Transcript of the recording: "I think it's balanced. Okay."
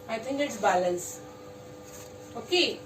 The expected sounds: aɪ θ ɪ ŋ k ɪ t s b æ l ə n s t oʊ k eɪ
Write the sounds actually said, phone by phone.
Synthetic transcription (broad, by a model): aɪ t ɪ ŋ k ɪ t s b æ l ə n s oʊ k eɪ